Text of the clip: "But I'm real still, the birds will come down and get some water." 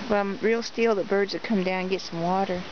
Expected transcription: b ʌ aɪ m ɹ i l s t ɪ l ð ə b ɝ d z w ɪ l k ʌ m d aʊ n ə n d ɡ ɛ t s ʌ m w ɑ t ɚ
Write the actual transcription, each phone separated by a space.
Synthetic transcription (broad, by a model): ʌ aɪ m ɹ i l s t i l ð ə b ɝ d z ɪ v k ʌ m d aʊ ə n ɡ ɛ t s ʌ m w ɑ t ɚ